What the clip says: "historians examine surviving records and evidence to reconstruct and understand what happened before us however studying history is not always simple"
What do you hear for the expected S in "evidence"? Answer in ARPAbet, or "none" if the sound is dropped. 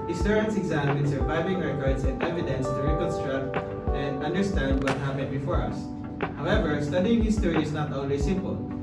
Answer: S